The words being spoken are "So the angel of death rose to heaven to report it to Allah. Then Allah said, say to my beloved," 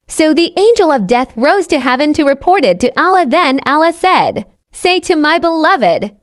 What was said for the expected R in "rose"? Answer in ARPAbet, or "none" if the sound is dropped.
R